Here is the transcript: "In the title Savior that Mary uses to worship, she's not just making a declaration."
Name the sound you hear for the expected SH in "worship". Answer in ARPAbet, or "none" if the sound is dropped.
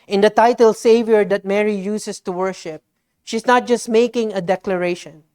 SH